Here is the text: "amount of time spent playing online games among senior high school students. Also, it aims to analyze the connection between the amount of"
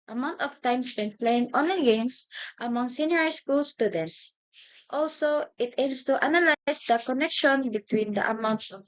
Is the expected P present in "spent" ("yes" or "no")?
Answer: no